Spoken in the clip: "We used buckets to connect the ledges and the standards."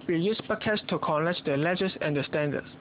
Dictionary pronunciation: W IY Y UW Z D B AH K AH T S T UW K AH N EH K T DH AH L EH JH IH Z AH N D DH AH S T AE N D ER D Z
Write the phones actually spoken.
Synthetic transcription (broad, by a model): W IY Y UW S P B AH K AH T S T UW K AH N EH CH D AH L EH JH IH S AH N D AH S T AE N D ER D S